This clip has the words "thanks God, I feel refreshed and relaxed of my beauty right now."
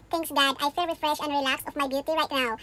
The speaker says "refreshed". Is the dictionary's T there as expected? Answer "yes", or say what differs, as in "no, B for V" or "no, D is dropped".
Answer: no, T is dropped